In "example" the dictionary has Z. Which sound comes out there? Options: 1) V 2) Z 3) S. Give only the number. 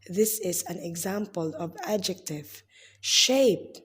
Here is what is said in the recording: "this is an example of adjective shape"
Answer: 2